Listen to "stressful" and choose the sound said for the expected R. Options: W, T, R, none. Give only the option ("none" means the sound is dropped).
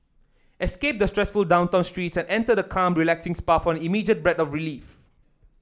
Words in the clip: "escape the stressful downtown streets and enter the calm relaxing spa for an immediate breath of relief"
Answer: R